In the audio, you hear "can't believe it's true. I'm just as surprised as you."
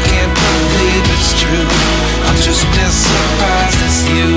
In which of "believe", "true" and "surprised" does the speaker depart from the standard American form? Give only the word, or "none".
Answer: surprised